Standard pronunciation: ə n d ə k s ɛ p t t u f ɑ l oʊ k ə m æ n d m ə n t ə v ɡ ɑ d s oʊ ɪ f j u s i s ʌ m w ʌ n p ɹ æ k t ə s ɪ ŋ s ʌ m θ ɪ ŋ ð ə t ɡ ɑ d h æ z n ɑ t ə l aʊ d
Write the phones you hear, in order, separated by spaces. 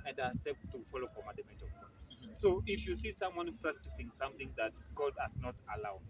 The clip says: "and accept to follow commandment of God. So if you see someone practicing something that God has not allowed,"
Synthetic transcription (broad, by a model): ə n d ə s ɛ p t t u f ɑ l oʊ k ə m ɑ d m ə t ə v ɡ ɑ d s oʊ ɪ f j u s i s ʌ m w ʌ n p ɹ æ k t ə s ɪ ŋ s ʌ m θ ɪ ŋ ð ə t ɡ ɑ d h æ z n ɑ t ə l aʊ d